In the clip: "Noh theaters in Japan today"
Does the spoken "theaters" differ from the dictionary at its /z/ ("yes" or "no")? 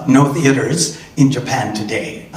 no